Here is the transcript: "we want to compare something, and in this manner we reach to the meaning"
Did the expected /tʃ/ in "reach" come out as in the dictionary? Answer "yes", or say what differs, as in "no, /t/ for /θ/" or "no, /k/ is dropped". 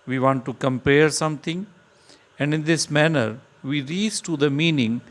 no, /s/ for /tʃ/